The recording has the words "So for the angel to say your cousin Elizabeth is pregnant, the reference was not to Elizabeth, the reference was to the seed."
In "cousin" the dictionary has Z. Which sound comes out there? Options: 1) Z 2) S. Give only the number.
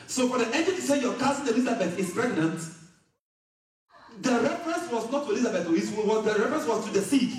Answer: 2